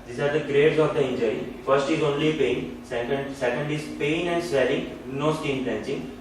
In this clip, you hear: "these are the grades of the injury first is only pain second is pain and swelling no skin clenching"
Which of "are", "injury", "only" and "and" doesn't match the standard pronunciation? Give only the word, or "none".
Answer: none